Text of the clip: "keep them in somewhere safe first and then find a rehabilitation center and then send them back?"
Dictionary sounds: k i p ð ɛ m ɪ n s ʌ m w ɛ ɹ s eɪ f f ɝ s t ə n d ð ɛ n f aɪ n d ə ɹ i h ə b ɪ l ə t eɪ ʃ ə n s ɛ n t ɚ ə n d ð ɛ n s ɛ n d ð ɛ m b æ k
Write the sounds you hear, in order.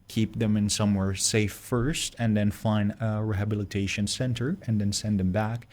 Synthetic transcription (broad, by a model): k i p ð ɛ m ɪ n s ʌ m w ɛ ɹ s eɪ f f ɝ s t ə n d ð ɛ n f aɪ n d ə ɹ i h ə b ɪ l ə t eɪ ʃ ə n s ɛ n t ɚ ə n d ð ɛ n s ɛ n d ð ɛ m b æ k